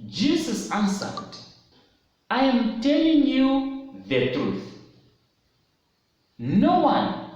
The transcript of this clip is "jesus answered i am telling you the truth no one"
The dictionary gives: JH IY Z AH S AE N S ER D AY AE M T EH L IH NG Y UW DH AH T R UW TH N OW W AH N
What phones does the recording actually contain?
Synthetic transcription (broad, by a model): JH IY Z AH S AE N S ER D AY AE M T EH L IH NG Y UW DH AH T R UW TH N OW W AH N